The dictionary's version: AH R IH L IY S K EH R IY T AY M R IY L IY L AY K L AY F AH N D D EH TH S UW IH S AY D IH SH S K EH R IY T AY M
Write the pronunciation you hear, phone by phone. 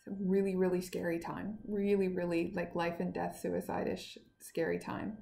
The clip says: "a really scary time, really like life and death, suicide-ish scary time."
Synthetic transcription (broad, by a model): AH R IH L IY S K EH R IY T AY M R IY L IY L AY K L AY F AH N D D EH TH S UW IH S AY D IH SH S K EH R IY T AY M